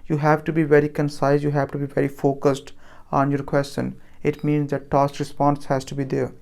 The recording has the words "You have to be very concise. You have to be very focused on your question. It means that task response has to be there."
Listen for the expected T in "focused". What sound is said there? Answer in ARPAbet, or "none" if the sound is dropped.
T